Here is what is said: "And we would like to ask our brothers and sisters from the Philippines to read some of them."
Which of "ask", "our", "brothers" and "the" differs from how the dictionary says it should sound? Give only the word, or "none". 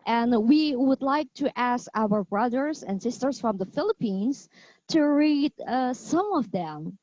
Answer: none